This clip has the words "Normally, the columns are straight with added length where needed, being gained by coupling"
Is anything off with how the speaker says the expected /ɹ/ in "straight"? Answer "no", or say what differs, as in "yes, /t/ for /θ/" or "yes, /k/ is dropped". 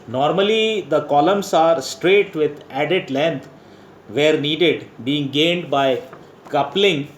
no